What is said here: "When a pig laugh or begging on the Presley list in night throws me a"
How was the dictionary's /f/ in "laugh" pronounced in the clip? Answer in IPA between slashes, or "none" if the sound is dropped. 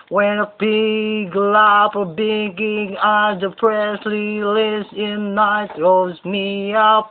/p/